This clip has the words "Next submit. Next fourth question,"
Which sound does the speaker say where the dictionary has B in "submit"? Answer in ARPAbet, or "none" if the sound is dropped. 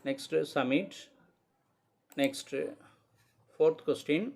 none